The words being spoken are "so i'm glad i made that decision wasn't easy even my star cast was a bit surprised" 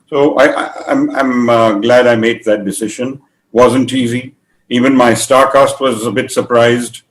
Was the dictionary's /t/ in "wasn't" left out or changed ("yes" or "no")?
no